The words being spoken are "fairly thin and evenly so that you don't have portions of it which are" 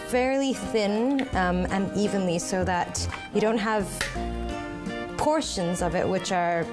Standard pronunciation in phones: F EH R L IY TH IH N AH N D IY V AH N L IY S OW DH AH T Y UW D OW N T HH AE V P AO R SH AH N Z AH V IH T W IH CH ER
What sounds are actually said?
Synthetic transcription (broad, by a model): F EH R L IY TH IH N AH N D IY V AH N L IY S OW DH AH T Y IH D OW N T HH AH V P AO R SH AH N Z AH V IH T W IH CH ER